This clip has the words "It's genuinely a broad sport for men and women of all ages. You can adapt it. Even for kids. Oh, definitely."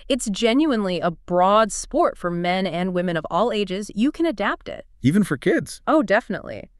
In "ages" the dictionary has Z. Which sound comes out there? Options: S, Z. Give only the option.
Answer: Z